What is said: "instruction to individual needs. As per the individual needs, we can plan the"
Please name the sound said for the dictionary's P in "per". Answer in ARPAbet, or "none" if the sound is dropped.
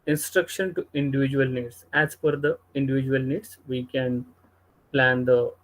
F